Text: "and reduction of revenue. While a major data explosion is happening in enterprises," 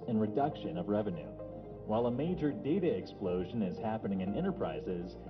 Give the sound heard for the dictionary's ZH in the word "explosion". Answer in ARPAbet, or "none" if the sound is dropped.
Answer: ZH